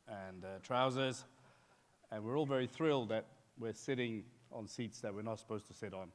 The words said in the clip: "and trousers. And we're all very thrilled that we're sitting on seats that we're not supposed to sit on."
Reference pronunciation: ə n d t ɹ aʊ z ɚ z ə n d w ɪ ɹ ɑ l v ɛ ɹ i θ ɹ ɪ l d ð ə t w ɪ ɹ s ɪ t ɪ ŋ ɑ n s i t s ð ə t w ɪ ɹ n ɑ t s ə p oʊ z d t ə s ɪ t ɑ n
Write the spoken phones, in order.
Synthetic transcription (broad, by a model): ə n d t ɹ aʊ z ɚ z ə n w ɪ ɹ ɑ l v ɛ ɹ i θ ɹ ɪ l d ð ə t w ɪ ɹ s ɪ t ɪ ŋ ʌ n s i t s ð ə t w ɪ ɹ n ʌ t s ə p oʊ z t ə s ɪ t n